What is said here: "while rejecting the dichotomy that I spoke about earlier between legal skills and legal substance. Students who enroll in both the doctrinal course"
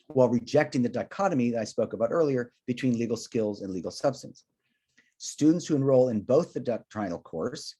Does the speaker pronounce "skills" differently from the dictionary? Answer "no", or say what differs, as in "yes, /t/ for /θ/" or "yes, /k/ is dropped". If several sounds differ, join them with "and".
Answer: no